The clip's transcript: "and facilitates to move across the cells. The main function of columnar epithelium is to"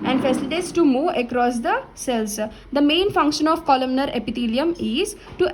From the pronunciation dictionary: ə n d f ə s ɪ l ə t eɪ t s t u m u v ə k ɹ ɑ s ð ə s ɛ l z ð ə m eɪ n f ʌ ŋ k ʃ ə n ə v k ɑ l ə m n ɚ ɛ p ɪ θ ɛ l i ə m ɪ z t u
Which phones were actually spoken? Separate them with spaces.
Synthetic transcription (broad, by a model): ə n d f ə s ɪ l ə t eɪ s t u m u ə k ɹ ɑ s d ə s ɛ l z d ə m eɪ n f ʌ ŋ k ʃ ə n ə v k ɑ l ə m n ɚ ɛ p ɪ t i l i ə m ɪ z t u